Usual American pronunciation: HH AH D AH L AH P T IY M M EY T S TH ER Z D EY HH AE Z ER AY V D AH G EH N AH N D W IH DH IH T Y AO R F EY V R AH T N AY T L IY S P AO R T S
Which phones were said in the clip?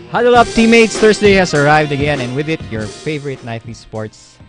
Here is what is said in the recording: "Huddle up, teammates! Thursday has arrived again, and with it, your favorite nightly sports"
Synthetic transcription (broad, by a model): HH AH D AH L AH P T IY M M EY T S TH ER S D EY HH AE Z ER AY V D AH G EH N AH N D W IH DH IH T Y AO R F EY V R AH T N AY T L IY S P AO R T S